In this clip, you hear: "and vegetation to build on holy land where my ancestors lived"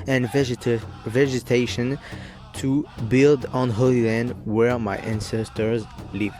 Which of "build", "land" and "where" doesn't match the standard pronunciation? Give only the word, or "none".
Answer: none